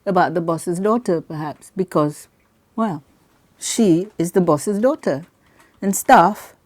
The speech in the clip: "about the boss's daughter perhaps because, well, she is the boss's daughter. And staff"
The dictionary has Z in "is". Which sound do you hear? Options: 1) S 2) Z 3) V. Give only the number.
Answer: 2